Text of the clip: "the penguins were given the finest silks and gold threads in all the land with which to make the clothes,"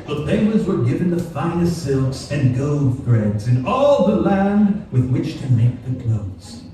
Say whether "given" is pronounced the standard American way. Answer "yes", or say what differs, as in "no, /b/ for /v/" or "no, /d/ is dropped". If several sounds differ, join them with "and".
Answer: yes